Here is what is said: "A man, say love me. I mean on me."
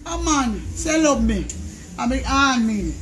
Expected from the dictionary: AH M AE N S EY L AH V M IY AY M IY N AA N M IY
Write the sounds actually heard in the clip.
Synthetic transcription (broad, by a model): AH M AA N S EY L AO B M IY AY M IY AA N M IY